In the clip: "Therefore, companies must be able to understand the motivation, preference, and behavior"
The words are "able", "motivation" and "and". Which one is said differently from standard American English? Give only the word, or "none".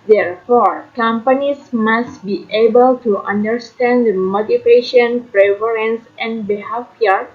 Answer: motivation